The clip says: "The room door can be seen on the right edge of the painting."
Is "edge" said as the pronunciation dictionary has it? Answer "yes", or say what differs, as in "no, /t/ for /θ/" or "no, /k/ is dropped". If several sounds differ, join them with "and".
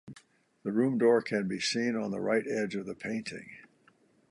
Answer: yes